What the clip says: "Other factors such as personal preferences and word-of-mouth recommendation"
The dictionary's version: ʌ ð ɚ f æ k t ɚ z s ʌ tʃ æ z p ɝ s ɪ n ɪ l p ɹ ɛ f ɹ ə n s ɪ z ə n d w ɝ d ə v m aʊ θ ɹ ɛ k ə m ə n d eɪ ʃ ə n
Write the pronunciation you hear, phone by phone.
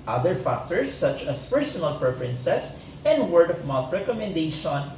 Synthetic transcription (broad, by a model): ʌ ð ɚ f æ k t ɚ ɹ s ʌ tʃ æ s p ɝ s ɪ n ɪ l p ɹ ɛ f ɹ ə n s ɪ s ə n d w ɝ d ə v m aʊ t ɹ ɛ k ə m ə n d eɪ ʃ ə n